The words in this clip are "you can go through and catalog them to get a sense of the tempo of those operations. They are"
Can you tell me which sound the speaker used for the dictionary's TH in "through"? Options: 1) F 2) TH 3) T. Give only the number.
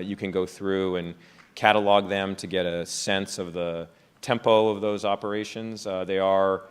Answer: 2